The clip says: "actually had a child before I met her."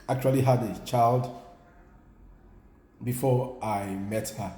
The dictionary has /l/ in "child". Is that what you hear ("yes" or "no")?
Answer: yes